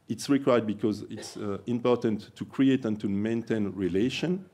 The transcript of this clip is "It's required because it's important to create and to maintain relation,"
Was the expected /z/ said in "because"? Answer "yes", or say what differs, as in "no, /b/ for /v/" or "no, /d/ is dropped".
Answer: yes